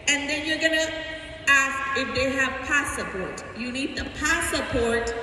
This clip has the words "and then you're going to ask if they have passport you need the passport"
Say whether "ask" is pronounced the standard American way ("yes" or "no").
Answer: yes